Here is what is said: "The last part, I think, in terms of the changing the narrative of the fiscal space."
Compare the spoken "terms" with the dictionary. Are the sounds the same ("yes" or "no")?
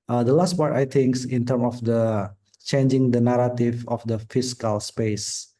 no